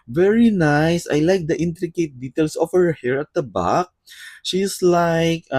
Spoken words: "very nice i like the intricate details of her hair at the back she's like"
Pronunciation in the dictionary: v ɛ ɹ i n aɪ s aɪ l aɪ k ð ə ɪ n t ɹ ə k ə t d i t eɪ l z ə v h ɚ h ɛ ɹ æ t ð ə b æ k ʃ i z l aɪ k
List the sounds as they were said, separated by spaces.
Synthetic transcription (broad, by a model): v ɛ ɹ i n aɪ s aɪ l aɪ k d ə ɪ n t ɹ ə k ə t d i t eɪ l s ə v h ɚ h ɛ ɹ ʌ t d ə b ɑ k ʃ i s l aɪ k